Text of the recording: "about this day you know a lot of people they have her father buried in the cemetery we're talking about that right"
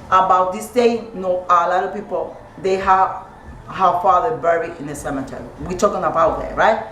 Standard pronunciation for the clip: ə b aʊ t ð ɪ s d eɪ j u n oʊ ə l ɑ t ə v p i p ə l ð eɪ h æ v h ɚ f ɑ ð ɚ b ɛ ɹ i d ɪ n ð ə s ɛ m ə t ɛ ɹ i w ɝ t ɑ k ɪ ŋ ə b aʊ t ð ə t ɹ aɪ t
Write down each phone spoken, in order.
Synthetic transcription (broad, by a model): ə b aʊ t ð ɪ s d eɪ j n oʊ ə l ɑ t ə p i p ə l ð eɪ h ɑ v h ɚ f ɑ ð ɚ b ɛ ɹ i ɪ n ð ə s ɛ m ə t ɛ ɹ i w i t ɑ k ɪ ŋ ə b aʊ t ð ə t ɹ aɪ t